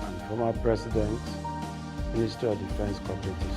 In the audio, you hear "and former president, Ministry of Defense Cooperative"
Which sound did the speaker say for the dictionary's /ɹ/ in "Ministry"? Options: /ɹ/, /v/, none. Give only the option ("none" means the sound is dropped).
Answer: none